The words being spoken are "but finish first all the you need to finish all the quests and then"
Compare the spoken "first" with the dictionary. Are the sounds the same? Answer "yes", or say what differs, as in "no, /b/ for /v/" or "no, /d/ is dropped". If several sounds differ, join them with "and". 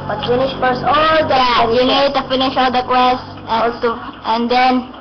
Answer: no, /t/ is dropped